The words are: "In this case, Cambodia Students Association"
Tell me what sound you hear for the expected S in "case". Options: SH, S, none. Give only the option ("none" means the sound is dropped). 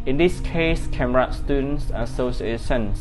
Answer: S